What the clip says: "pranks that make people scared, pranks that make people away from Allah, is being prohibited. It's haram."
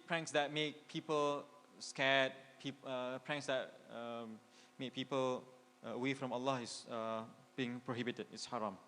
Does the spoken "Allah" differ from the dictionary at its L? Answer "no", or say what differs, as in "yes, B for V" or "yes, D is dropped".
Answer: no